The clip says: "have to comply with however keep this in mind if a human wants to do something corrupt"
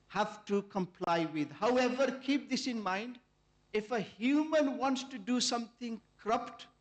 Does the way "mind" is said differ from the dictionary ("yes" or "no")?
no